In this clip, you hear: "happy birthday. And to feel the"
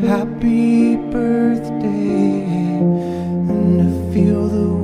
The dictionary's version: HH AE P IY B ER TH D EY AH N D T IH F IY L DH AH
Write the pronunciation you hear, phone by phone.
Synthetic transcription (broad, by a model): HH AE P IY B ER TH D EY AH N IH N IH F IY L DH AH